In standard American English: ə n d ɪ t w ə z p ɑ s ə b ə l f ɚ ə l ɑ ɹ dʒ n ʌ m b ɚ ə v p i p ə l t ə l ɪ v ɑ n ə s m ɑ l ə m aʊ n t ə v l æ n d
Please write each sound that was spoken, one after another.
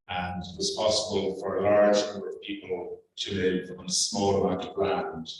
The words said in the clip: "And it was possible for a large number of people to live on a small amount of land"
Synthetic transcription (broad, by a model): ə n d ɪ t w ə z p ɑ s ə b ə l f ɚ ə l ɑ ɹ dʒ n ʌ m b ɚ ə v p i p ə l t ə l ɪ v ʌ n ə s m ɑ l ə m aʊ t ə v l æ n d